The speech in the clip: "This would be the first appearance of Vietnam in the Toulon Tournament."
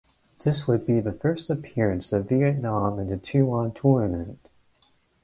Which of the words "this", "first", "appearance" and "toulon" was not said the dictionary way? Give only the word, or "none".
toulon